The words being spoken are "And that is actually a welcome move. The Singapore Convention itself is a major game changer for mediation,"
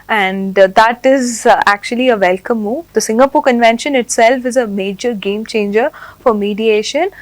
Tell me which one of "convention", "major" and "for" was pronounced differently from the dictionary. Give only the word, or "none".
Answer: none